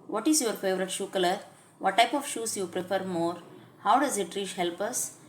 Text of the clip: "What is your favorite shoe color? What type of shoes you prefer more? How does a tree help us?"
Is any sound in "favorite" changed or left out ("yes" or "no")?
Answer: no